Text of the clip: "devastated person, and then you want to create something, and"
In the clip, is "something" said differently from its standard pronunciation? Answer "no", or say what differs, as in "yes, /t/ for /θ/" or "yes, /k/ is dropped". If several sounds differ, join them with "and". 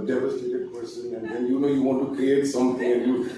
yes, /t/ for /θ/